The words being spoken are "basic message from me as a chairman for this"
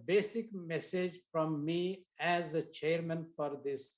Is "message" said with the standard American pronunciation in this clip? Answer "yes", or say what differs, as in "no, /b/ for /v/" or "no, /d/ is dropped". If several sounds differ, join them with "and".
yes